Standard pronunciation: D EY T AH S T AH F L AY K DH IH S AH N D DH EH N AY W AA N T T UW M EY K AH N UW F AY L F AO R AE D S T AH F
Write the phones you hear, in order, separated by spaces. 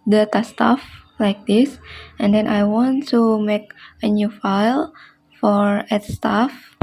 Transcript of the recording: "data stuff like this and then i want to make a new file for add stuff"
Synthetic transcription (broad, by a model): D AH T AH S T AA F L AY K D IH S AH N D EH N AY W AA N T T UW M EY K AH N UW F AY L F AO R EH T S T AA F